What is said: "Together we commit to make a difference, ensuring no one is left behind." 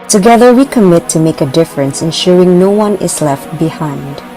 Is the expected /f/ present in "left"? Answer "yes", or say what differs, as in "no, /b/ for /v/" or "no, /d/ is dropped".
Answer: yes